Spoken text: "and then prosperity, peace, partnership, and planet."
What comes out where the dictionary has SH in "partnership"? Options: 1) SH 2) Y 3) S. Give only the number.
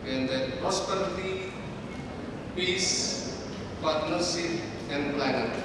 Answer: 3